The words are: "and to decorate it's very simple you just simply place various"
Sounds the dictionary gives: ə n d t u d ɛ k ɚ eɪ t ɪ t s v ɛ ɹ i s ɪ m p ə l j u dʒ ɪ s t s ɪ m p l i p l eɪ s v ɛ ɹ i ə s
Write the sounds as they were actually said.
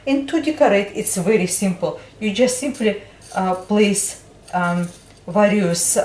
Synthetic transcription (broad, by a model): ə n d t u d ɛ k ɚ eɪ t ɪ t s v ɛ ɹ i s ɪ m p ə l j u dʒ ɪ s t s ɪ m p l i p l eɪ s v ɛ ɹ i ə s